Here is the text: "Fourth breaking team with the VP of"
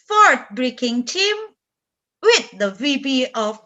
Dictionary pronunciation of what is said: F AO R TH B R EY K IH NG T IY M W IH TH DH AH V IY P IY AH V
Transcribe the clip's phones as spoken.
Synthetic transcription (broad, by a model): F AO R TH B R EY K IH NG T IY M W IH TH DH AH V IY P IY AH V